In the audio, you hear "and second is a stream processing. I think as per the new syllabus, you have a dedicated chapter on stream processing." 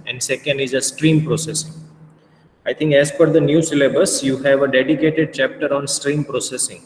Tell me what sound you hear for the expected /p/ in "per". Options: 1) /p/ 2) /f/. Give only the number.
2